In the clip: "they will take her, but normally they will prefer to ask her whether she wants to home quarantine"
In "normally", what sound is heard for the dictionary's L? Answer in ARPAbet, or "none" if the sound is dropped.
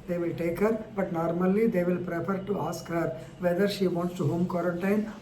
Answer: L